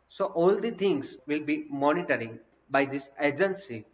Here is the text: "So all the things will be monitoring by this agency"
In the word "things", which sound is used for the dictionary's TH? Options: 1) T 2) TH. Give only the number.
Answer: 1